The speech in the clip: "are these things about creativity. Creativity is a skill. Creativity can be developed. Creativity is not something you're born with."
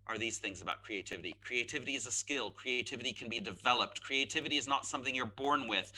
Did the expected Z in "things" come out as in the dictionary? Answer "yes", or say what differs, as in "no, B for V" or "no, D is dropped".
yes